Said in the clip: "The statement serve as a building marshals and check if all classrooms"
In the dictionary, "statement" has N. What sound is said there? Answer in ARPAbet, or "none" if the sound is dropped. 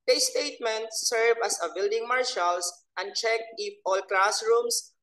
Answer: N